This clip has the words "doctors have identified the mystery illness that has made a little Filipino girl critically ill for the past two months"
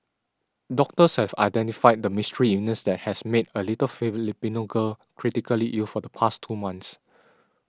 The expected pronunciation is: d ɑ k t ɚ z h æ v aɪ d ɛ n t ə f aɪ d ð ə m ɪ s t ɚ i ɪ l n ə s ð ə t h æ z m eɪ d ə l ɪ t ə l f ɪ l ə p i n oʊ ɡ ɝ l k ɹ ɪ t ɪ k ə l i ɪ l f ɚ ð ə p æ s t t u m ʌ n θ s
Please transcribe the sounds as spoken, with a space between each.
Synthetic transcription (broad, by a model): d ɑ k t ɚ s h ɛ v aɪ d ɛ n t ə f aɪ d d ə m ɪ s t ɚ i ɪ n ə s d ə t h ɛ s m eɪ d ə l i t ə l f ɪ l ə p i n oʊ ɡ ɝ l k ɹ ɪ t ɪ k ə l i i l f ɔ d ə p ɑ s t t u m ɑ n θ s